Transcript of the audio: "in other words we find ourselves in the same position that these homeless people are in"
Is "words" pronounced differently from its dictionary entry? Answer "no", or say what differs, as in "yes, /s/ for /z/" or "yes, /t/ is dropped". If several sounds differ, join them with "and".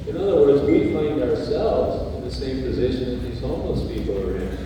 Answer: no